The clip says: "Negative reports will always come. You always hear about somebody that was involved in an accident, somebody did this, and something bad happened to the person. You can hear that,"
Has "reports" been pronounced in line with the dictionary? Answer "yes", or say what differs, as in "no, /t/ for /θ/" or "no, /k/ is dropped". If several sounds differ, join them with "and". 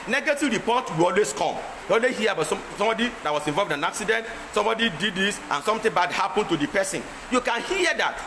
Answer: no, /s/ is dropped